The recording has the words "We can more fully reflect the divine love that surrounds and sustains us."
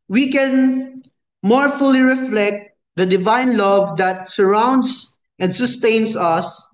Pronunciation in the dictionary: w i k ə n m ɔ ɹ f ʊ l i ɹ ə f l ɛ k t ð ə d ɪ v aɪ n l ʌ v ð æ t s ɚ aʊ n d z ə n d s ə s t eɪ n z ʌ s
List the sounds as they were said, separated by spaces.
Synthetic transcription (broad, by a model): w i k ə n m ɔ ɹ f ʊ l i ɹ ə f l ɛ k t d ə d ɪ v aɪ n l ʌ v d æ t s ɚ aʊ n d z ə n d s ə s t eɪ n s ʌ s